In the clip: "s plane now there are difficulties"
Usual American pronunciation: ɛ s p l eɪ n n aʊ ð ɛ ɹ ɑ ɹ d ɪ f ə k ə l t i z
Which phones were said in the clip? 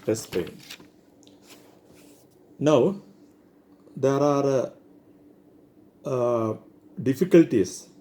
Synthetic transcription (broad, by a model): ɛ s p eɪ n n aʊ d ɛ ɹ ɑ ɹ d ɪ f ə k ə l t i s